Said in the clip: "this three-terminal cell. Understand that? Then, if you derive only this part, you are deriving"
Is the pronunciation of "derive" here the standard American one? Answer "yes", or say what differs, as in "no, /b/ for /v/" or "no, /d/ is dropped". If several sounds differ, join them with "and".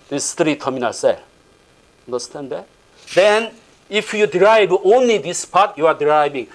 no, /b/ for /v/